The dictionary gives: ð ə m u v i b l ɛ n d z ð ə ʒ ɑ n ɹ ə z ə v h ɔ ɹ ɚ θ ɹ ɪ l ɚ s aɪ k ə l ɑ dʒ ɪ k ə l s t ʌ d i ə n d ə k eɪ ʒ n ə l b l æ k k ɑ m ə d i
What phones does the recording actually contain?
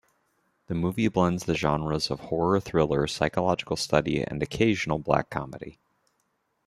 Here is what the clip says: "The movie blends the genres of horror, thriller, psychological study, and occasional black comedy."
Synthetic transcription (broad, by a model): ð ə m u v i b l ɛ n d z ð ə ʒ ɑ n ɹ ə z ə v h ɔ ɹ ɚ θ ɹ ɪ l ɚ s aɪ k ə l ɑ dʒ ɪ k l s t ʌ d i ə n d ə k eɪ ʒ n l b l æ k k ɑ m ə d i